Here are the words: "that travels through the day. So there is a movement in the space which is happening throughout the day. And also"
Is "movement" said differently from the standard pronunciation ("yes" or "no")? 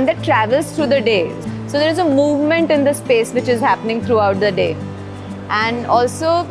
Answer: no